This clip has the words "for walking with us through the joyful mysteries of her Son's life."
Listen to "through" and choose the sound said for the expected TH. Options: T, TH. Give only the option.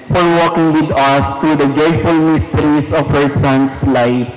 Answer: T